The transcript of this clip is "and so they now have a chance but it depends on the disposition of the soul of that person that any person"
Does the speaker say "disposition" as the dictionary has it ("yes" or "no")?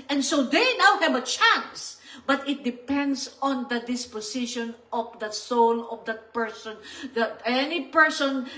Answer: no